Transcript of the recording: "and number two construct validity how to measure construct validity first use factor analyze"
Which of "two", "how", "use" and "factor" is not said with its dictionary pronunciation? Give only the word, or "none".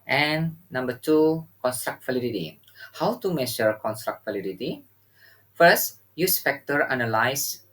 factor